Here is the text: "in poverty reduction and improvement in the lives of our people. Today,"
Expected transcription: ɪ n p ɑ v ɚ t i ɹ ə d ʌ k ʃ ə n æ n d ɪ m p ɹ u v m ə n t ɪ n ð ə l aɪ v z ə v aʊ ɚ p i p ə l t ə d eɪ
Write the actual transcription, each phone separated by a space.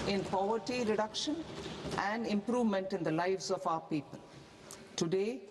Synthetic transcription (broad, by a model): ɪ n p ɑ v ɚ t i ɹ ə d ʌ k ʃ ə n æ n d ɪ m p ɹ u v m ə n t ɪ n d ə l aɪ v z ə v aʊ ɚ p i p ə l t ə d eɪ